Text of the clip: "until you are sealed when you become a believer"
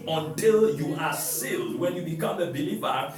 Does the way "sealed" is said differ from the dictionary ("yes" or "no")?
no